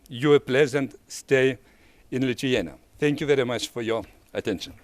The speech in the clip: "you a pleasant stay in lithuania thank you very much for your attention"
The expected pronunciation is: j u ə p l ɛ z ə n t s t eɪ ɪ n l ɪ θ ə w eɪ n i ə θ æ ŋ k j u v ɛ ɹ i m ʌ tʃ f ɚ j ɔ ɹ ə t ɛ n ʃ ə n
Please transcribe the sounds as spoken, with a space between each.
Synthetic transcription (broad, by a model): j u ə p l ɛ z ə n t s t eɪ ɪ n l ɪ t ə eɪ n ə θ æ ŋ k j u v ɛ ɹ i m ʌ tʃ f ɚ j ɔ ɹ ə t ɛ n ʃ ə n